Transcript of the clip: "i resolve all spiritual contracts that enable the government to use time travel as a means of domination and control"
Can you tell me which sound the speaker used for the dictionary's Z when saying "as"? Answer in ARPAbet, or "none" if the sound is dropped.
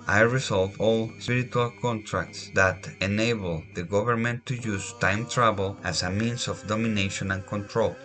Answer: S